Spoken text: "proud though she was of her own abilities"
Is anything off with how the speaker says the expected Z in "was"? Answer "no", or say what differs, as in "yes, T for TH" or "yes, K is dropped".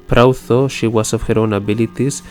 yes, S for Z